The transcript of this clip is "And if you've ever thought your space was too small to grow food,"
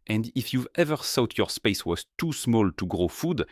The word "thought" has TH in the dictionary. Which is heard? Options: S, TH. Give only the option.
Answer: S